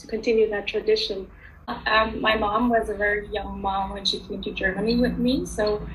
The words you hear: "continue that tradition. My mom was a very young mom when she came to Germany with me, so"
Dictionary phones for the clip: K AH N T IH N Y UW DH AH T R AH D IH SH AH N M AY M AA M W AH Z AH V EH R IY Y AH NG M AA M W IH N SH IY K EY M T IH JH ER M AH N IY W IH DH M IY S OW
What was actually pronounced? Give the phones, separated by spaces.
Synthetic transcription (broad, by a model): K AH N T IH N Y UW DH AH T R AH D IH SH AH N M AY M AA M W AH Z AH V EH R IY Y AH NG M AA M W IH N SH IY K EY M T IH JH ER M AH N IY W IH DH M IY S OW